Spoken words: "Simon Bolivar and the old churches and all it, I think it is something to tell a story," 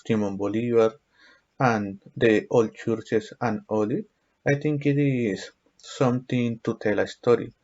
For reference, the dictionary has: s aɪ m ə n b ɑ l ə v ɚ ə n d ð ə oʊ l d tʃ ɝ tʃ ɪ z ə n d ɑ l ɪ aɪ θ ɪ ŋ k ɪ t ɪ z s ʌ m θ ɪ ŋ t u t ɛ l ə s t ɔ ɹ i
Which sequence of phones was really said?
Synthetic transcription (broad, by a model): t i m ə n b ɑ l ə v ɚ ə n d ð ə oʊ l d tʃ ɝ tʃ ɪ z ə n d ɑ l ɪ aɪ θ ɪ ŋ k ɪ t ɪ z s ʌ m t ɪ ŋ t u t ɛ l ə s t ɔ ɹ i